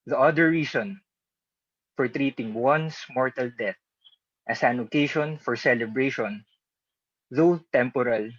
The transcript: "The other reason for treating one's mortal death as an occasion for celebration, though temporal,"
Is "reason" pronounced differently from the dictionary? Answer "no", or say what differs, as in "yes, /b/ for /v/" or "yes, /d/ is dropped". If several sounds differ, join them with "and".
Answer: yes, /s/ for /z/